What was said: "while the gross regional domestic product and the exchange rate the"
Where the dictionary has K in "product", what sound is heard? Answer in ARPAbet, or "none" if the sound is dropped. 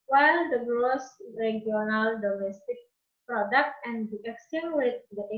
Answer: K